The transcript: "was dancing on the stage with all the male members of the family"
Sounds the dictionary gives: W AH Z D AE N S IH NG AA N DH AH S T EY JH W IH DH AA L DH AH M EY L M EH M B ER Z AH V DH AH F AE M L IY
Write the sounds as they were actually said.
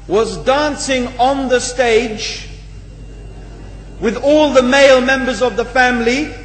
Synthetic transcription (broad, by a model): W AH Z D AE N S IH NG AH N DH AH S T EY JH W IH DH AA L DH AH M EY L M EH M B ER Z AH V DH AH F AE M L IY